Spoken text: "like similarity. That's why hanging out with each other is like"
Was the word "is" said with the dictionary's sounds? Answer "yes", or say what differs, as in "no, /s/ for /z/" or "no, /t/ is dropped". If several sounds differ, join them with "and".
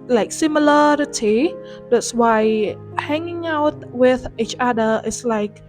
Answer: no, /s/ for /z/